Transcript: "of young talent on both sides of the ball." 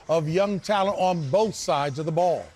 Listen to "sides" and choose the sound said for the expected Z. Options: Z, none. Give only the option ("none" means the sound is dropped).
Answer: Z